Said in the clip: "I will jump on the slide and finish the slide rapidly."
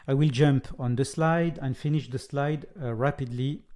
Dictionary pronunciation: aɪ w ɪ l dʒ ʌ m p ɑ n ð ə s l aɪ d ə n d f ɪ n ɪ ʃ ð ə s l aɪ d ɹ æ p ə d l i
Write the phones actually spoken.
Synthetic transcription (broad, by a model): aɪ w ɪ l dʒ ʌ m p ɑ n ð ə s l aɪ d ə n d f ɪ n ɪ ʃ ð ə s l aɪ d ɹ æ p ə d l i